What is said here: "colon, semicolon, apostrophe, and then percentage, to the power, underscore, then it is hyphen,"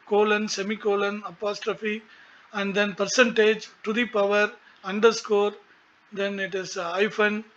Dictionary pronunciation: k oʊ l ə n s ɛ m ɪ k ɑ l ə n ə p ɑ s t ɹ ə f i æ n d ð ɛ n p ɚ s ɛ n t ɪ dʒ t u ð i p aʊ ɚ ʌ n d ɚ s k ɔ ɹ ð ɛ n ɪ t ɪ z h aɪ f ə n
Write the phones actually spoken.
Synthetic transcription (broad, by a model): k oʊ l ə n s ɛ m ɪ k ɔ l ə n ə p ɑ s t ɹ ə f i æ n d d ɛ n p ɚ s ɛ n t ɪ dʒ t u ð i p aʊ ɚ ʌ n d ɚ s k ɔ ɹ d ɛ n ɪ t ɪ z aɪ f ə n